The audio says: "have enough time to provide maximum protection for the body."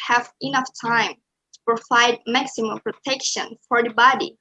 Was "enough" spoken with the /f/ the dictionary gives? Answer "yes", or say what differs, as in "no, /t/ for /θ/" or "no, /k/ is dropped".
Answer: yes